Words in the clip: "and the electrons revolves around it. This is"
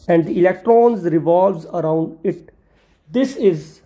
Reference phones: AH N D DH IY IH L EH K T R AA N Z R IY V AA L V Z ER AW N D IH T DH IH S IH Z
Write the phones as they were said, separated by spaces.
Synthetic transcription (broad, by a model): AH N D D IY IH L EH K T R AA N Z R IY V AA L V Z ER AW N D IH T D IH S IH Z